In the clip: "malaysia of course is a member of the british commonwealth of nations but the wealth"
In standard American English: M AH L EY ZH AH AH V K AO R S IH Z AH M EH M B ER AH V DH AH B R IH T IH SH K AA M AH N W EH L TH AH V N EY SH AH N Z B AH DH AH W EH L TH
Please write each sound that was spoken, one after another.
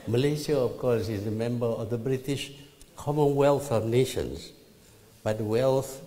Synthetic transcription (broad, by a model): M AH L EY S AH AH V K AO R S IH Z AH M EH M B ER AH V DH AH B R IH T IH SH K AA M AH N W EH L TH AH V N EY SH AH N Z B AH W EH L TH